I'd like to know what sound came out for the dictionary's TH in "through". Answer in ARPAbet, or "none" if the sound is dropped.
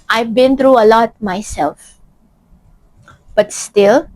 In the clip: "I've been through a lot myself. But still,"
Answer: T